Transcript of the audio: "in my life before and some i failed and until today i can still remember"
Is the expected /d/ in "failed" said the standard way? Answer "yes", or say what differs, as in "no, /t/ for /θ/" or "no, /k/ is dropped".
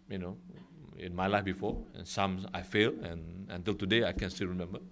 no, /d/ is dropped